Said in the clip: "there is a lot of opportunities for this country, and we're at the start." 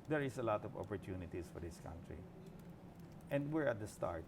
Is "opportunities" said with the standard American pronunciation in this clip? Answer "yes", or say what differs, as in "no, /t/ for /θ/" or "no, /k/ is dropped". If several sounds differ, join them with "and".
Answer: no, /s/ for /z/